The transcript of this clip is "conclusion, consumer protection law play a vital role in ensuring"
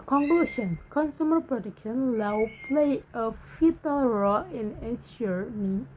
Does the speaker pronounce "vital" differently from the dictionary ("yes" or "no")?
yes